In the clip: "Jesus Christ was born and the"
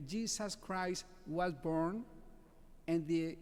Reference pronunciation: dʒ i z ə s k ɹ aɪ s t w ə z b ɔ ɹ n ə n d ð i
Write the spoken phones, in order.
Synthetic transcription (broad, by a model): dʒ i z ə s k ɹ aɪ s t w ə z b ɔ ɹ n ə n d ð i